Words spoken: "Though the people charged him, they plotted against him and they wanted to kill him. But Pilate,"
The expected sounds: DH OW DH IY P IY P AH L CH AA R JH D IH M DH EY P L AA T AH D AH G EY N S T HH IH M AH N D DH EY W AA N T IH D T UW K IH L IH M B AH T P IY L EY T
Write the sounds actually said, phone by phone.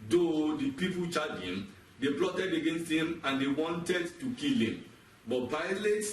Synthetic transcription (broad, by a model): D OW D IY P IY P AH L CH AA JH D IH M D EY P L AA T AH D AH G EY N S T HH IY M AH N D EY W AA N T IH D T UW K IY L IH M B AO T P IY L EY T